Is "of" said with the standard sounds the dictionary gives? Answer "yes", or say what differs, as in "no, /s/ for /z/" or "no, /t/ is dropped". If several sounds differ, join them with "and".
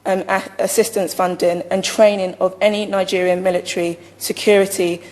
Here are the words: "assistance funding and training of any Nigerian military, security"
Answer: yes